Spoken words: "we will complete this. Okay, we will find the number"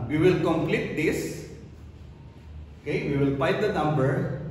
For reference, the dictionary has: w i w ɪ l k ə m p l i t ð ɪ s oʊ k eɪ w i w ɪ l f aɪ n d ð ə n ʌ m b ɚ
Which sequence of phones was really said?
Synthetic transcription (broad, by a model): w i w ɪ l k ə m p l i t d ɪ s oʊ k eɪ w i w ɪ l p aɪ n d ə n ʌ m b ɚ